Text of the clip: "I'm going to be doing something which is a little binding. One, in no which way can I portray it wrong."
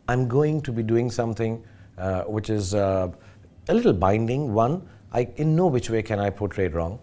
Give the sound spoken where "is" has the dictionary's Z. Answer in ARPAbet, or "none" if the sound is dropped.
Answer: Z